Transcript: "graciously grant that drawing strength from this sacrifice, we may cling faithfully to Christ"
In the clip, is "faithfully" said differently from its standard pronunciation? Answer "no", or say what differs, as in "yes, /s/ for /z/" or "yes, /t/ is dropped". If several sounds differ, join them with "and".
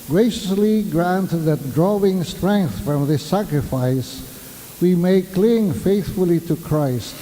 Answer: no